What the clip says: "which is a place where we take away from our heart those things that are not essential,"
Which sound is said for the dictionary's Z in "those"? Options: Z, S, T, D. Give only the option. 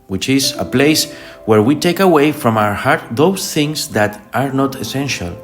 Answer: S